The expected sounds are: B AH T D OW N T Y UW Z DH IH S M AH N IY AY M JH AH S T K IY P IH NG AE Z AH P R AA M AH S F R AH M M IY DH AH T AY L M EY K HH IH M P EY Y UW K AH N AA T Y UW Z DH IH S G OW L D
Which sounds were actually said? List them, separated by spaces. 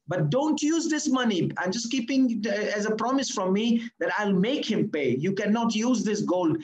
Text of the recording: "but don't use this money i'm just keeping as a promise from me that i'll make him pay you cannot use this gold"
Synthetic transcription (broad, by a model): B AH T D OW N T Y UW Z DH IH S M AH N IY AY M JH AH S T K IY P IH NG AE Z AH P R AA M AH S F R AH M M IY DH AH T AY L M EY K HH IH M P EY Y UW K AH N AA T Y UW Z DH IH S G OW L D